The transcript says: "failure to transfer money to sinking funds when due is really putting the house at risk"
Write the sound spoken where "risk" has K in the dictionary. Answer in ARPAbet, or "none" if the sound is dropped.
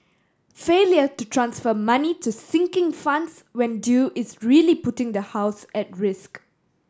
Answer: K